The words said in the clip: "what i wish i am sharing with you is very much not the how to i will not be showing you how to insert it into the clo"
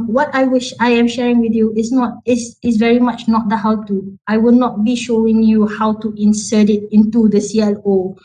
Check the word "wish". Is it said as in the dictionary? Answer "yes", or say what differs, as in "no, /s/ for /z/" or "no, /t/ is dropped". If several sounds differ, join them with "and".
yes